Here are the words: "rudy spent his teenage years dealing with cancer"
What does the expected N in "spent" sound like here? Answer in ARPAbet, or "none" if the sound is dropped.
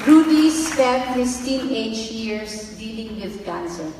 none